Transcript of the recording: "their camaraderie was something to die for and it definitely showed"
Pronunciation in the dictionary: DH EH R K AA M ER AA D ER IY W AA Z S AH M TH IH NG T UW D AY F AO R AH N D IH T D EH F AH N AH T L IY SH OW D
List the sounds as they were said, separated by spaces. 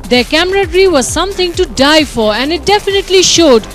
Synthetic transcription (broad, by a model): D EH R K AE M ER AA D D IY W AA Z S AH M T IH NG T UW D AY F AO R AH N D IH T D EH F AH N AH T L IY SH OW D